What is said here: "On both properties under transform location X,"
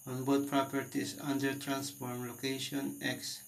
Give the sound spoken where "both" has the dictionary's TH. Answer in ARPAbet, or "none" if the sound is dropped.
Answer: T